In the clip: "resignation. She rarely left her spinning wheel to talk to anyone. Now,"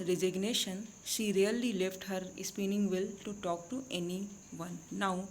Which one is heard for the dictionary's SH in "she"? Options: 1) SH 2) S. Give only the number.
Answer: 1